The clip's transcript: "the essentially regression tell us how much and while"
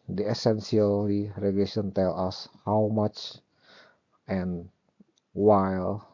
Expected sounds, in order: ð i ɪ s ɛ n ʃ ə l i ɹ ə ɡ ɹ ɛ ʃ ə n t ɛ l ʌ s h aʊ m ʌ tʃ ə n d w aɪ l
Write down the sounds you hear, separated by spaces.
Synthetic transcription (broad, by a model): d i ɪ s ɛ n s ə l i ɹ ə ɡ l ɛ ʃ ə n t ɛ l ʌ s h aʊ m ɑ tʃ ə n w aɪ l